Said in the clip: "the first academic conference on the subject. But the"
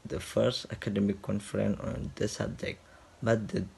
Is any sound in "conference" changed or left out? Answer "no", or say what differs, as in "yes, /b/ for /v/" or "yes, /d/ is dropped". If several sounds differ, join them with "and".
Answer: yes, /s/ is dropped